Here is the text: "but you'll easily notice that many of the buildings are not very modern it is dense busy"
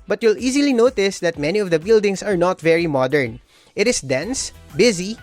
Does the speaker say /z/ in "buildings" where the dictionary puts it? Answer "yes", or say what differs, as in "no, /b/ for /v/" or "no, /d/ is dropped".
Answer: no, /s/ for /z/